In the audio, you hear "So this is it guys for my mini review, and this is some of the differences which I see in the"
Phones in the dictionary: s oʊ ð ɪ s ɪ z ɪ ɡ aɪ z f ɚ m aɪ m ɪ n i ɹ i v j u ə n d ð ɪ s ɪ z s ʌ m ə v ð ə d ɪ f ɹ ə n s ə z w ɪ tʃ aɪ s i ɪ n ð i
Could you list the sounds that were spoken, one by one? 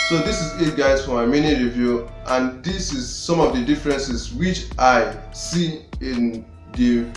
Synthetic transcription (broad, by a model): s oʊ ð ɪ s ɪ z ɪ ɡ aɪ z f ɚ m aɪ m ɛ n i ɹ i v j u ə n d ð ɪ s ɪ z s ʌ m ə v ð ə d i f ɹ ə n s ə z w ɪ tʃ aɪ s i ɪ n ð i